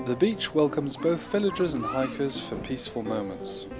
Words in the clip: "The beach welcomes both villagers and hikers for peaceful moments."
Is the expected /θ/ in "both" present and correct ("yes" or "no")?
yes